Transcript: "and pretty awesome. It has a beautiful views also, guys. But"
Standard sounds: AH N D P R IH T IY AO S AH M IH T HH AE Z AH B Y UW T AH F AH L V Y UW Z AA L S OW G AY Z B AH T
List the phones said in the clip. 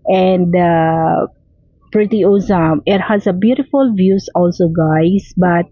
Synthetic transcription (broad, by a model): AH N D P R IH T IY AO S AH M IH T HH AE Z AH B Y UW T AH F AH L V Y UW S AA L S OW G AY S B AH T